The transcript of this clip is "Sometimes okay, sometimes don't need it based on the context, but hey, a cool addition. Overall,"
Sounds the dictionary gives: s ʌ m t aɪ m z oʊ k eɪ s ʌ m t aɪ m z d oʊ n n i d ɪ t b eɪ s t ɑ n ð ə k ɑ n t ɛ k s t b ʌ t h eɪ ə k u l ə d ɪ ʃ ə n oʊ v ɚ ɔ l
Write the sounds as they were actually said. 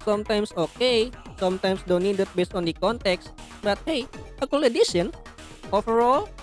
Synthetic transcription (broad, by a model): s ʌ m t aɪ m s oʊ k eɪ s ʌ m t aɪ m s d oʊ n n i d ɪ t b eɪ s t ɑ n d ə k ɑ n t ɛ k s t b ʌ t h eɪ ə k u l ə d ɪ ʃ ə n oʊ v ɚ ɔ l